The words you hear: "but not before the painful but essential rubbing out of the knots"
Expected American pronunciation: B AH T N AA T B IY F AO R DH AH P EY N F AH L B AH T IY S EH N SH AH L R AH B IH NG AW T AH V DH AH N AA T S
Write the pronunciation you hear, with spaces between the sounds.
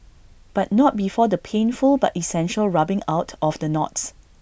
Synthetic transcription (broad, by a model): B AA T N AA T B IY F AO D AH P EY N F AH L B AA T IY S EH N SH AH L R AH B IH NG AW T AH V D AH N AA T S